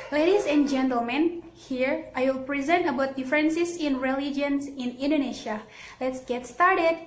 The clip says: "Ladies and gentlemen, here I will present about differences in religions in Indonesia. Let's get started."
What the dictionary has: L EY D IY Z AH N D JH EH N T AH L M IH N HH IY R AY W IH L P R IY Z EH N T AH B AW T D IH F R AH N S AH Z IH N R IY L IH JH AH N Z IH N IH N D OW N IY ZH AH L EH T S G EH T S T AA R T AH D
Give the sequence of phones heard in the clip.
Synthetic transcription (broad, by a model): L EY D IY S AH N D JH EH N T AH L M IH N HH IY R AY W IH L P R IY Z EH N T AH B AW T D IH F R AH N S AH S IH N R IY L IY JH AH N S IH N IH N D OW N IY SH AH L EH T S G EH T S T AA R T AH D